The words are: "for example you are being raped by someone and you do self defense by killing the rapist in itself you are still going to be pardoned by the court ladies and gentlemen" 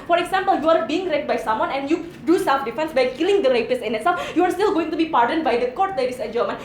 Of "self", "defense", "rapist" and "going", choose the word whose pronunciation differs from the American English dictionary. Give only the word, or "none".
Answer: rapist